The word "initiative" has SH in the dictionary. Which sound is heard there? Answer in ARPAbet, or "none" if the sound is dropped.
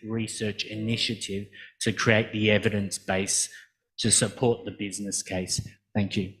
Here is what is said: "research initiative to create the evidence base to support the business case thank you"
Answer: SH